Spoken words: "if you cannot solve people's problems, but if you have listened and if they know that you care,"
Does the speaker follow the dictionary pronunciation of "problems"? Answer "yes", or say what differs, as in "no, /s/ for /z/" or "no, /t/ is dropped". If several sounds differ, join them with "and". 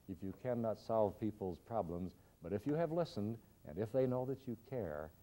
yes